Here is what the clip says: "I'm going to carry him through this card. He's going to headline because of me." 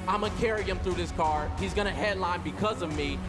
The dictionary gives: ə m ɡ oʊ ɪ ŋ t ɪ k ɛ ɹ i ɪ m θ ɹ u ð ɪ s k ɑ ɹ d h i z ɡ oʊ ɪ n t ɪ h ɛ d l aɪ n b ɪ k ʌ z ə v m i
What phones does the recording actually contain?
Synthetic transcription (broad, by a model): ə ɪ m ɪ k ɛ ɹ i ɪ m θ ɹ u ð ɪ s k ɑ ɹ h i z ɡ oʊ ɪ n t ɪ h ɛ d l aɪ n b ɪ k ʌ z ə v m i